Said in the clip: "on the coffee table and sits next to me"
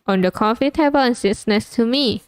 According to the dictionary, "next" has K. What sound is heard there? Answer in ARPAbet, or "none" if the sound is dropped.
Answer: none